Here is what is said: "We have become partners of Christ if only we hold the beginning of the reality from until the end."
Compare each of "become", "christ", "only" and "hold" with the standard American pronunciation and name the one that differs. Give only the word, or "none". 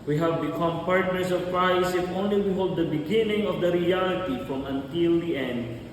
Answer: christ